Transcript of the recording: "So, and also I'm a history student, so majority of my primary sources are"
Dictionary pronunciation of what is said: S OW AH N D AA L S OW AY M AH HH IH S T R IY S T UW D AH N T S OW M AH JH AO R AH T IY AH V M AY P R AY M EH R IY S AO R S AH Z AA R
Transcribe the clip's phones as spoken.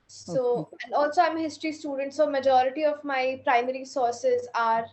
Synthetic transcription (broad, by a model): S OW AH N D AA L S OW AY M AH HH IH S T R IY S T UW D AH N T S OW M AH JH AO R AH T IY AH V M AY P R AY M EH R IY S AO R S AH Z AA R